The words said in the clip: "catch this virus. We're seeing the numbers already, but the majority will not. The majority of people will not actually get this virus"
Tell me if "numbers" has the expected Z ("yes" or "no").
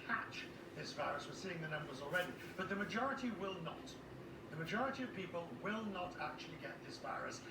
yes